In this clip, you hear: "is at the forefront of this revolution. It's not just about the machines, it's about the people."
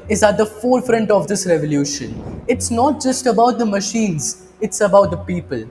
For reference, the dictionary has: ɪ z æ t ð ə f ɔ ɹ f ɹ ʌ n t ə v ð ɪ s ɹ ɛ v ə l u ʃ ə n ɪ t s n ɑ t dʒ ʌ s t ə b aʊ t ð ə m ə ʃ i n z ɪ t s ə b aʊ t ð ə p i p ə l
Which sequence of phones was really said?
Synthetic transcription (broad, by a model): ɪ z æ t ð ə f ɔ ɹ f ɹ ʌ n t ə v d ɪ s ɹ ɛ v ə l u ʃ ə n ɪ t s n ɑ t dʒ ʌ s t ə b aʊ t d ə m ə ʃ i n z ɪ t s ə b aʊ t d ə p i p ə l